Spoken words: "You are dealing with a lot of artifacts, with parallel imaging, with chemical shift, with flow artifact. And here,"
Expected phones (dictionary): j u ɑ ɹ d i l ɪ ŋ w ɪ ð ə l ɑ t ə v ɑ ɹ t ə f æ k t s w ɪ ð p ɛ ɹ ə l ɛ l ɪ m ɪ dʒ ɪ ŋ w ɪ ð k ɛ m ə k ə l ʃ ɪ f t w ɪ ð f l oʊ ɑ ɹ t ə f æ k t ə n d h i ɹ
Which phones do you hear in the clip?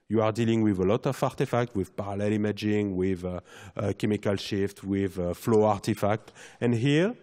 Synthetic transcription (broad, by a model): j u ɑ ɹ d i l ɪ ŋ w ɪ ð ə l ɑ t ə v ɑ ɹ t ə f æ k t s w ɪ ð p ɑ ɹ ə l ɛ l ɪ m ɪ dʒ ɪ ŋ w ɪ ð k ɛ m ə k ə l ʃ ɪ f t w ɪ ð f l oʊ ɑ ɹ t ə f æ k t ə n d h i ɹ